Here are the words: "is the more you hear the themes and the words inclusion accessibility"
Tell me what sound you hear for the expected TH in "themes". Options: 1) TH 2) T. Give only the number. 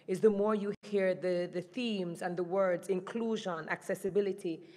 1